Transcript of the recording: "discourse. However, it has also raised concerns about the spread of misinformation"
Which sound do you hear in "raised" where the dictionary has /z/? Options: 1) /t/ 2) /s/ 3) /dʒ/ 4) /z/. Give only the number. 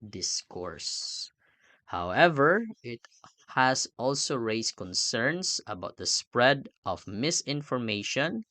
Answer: 2